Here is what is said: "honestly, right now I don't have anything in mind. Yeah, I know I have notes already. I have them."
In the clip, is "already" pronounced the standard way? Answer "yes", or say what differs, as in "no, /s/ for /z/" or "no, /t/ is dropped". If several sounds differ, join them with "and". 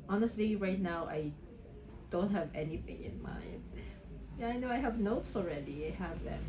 yes